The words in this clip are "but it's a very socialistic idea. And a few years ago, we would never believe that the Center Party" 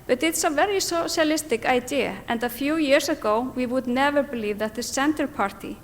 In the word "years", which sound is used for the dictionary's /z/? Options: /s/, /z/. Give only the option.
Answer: /s/